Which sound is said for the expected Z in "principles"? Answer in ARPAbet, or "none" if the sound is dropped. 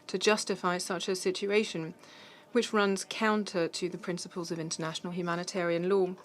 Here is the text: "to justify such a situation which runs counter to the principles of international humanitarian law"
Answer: Z